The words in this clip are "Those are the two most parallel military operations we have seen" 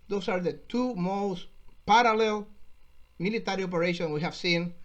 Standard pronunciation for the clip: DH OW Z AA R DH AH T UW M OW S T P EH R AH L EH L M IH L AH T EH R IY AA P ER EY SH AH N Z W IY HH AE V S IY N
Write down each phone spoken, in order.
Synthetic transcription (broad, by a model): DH OW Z AA R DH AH T UW M OW S T P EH R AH L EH L M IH L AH T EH R IY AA P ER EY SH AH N W IY HH AE V S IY N